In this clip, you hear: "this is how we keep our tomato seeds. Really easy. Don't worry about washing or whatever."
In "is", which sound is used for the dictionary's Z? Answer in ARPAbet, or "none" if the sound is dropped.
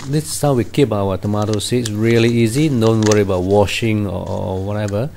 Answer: S